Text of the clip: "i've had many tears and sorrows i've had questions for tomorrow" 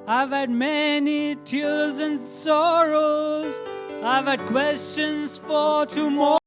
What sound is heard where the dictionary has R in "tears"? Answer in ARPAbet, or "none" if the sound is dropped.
L